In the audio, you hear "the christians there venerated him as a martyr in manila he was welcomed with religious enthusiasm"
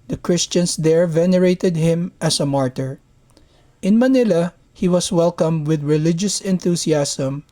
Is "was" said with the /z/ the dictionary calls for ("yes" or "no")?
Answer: no